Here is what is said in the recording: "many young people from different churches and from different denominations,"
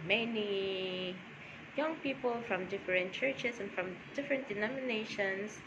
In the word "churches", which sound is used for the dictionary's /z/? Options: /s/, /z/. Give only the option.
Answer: /s/